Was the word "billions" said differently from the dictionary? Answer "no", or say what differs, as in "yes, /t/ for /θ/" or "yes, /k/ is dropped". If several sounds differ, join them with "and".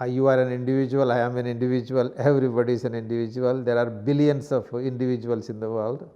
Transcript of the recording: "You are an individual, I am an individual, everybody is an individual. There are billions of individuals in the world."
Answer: yes, /s/ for /z/